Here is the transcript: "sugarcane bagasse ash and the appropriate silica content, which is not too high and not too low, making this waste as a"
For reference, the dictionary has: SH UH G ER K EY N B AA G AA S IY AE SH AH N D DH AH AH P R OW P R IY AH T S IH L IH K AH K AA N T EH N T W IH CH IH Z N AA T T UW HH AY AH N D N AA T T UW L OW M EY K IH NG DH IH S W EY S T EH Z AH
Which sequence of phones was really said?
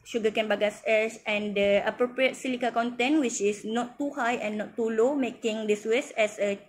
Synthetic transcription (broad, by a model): SH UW G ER K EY N B AA G AA S IY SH AH N D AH AH P R OW P R IY AH T S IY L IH K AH K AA N T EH N W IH CH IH S N AA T T UW HH AY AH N N AA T T UW L OW M EY K IH NG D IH S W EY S EH S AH